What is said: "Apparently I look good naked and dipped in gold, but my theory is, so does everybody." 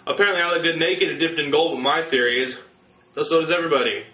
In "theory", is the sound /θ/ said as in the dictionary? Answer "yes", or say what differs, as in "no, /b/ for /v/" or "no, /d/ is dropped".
yes